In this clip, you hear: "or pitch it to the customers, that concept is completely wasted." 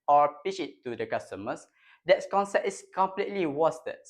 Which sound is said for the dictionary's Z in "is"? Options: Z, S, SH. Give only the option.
S